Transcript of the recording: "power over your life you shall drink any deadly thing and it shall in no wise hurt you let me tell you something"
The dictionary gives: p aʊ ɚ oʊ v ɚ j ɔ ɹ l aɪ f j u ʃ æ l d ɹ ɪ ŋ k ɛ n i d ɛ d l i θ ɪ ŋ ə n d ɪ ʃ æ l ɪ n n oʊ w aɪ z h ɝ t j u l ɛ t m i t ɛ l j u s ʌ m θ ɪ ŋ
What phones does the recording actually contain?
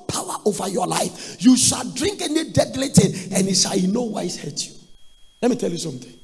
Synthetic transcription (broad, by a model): p aʊ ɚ oʊ v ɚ j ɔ l aɪ f j u ʃ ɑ l d ɹ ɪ ŋ k ɛ n i d ɛ d l i t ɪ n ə n ɪ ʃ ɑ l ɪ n n oʊ w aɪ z h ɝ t j u l ɛ t m i t ɛ l j u s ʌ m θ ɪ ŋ